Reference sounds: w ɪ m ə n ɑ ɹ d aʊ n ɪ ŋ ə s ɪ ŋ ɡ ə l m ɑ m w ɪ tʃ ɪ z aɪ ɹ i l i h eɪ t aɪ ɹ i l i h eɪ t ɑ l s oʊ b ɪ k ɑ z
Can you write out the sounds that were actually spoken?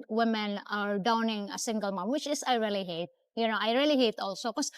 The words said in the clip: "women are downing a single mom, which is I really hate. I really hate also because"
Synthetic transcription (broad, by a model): w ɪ m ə n ɑ ɹ d aʊ n ɪ ŋ ə s ɪ ŋ ɡ ə l m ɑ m w ɪ tʃ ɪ s aɪ ɹ i l i h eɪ t aɪ ɹ i l i h eɪ t ɑ l s oʊ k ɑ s